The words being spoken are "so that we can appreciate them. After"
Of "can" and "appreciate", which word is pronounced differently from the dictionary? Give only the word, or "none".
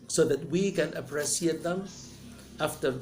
appreciate